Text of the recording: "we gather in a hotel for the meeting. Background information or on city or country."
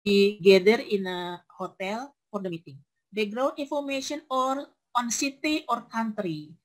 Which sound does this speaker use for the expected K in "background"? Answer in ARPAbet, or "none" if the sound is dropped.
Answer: none